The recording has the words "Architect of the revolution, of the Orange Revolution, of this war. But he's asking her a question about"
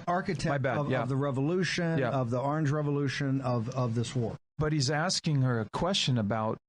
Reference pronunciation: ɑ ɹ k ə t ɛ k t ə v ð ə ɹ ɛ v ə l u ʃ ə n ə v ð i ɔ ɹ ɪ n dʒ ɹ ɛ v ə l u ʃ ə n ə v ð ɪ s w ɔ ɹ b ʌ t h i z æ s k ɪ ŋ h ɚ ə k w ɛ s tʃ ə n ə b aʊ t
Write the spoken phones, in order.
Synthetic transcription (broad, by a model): ɑ ɹ k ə t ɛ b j ə v ð ə ɹ ɛ v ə l u ʃ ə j ə v ð i ɔ ɹ ɪ n dʒ ɹ ɛ v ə l u ʃ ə n ə v ð ɪ s w ɔ ɹ b ʌ t h i z æ s k ɪ ŋ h ɚ ə k w ɛ s tʃ ə n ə b aʊ t